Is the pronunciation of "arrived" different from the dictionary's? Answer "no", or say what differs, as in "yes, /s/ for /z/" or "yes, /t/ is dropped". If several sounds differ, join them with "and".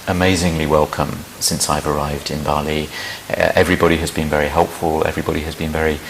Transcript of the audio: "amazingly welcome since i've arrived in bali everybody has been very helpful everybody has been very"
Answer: no